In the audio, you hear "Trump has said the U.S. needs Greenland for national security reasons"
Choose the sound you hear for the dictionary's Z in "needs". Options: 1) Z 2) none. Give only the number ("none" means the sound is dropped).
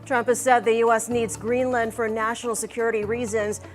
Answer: 1